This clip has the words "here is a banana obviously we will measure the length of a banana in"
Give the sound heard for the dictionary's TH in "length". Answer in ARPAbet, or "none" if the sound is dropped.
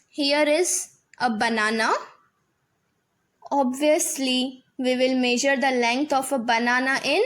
T